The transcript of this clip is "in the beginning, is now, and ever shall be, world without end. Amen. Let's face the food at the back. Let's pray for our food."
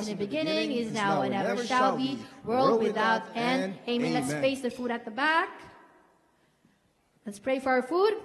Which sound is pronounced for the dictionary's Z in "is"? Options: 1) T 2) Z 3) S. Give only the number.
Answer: 2